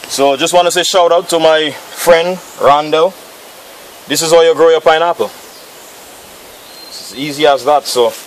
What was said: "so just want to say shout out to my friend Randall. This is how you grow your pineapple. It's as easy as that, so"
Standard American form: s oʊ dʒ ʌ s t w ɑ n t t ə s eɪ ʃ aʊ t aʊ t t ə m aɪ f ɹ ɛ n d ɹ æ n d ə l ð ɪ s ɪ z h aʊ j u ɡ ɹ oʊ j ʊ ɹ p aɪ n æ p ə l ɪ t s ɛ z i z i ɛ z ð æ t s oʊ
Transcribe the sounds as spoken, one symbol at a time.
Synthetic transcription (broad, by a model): s oʊ dʒ ʌ s t w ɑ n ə s eɪ ʃ aʊ t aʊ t t ə m aɪ f ɹ ɛ n d ɹ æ n d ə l ð ɪ s ɪ z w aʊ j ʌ ɡ ɹ oʊ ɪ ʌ p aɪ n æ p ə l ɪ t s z i z i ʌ z ð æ t s oʊ